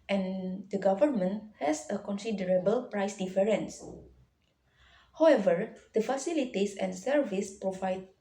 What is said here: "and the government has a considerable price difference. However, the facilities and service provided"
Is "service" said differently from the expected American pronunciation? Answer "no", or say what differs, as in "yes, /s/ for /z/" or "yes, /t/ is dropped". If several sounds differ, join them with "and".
no